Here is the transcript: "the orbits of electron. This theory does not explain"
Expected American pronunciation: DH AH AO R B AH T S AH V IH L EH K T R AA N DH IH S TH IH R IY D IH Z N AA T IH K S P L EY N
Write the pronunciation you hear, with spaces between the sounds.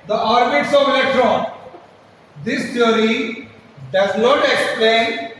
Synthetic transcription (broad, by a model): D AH AO R B AH T S AH V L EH T R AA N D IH S T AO R IY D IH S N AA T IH K S P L EY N